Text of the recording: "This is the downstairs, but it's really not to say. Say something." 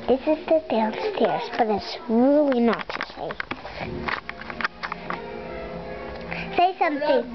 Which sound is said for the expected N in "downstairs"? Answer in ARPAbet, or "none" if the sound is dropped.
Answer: L